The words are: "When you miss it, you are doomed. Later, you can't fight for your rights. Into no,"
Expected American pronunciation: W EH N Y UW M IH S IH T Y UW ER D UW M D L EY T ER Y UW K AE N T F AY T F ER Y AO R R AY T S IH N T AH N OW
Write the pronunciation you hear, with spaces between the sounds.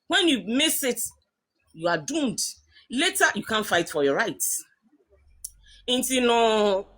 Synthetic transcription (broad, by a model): W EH N Y UW M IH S IH T Y UW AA D UW M D L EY T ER Y UW K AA N F AY T F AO Y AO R R AY T IH N T AH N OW